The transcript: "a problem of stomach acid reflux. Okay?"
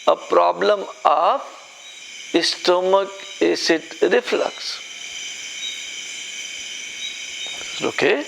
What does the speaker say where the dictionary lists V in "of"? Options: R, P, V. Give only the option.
P